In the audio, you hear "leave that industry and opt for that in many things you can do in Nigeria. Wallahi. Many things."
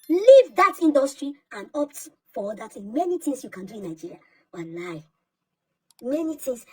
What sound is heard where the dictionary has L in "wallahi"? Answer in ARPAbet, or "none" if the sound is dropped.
N